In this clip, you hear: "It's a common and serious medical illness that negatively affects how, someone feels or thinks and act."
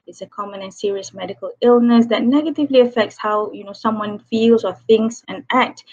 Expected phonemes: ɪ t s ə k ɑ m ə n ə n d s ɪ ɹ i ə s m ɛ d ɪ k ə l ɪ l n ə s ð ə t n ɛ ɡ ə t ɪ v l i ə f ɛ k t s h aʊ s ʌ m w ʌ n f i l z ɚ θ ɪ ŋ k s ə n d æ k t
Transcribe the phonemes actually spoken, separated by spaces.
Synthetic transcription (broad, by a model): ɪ t s ə k ɑ m ə n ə n s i ɹ i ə s m ɛ d ɪ k ə l ɪ l n ə s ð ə t n ɛ ɡ ə t ɪ v l i ə f ɛ k t s h aʊ s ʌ m w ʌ n f i l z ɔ θ ɪ ŋ k s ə n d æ k t